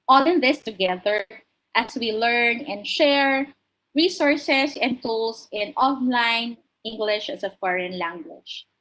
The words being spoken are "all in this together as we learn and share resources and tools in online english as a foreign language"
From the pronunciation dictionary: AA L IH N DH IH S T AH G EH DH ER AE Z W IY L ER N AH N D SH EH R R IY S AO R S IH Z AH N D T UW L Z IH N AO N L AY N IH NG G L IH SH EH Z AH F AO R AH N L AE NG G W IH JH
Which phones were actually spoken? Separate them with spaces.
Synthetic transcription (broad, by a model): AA L IH N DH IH S T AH G EH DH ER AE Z W IY L ER N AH N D SH EH R R IY S AO R S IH S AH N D T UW L S IH N AO N L AY N IH NG G L IH SH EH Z AH F AO R AH N L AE NG G W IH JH